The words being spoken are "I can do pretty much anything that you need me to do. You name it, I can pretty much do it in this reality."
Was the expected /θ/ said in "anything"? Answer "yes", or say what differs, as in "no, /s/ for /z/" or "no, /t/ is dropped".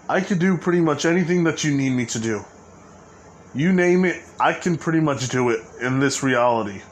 yes